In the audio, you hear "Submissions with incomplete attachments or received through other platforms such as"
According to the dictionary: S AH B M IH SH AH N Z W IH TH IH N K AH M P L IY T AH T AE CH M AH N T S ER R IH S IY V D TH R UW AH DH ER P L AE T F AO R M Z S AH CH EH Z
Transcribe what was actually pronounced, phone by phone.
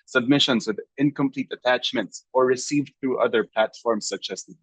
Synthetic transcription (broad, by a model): S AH B M IH SH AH N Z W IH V IH N K AH M P L IY T AH T AE CH M AH N T S ER R IH S IY V D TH R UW AH DH ER P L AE T F AO R M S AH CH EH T